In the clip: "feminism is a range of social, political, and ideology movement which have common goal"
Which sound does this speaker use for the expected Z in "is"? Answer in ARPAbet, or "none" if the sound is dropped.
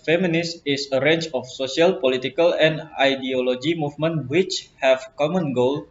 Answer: S